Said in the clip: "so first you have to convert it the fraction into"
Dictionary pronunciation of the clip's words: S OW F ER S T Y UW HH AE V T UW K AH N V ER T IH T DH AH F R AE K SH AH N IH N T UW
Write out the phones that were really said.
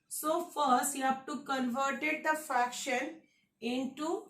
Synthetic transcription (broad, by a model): S OW F ER S T Y UW HH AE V T UW K AH N V ER T IH T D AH F R AE K SH AH N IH N T UW